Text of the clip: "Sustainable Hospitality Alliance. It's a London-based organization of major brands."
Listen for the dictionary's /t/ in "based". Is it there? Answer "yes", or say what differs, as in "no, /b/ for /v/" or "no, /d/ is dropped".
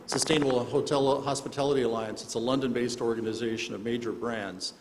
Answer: yes